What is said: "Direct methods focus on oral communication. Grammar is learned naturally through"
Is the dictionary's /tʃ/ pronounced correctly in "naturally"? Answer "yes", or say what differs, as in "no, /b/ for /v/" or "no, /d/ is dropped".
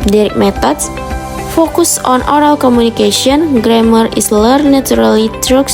no, /tʃ/ is dropped